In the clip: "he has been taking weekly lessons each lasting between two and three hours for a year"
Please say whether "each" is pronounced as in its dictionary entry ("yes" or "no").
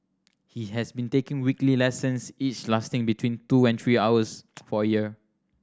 yes